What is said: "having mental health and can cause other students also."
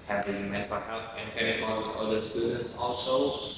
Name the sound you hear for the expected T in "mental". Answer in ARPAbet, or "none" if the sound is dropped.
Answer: S